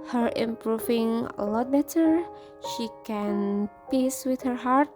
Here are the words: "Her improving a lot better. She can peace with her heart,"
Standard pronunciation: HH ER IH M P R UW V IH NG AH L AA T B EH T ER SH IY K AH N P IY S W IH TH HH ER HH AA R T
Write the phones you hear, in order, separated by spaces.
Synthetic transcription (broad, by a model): HH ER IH M P R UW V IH NG AH L AA T B EH T ER SH IY K AH N P IY S W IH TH HH ER HH AA R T